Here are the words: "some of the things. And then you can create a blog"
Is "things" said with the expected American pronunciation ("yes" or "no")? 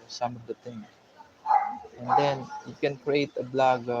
no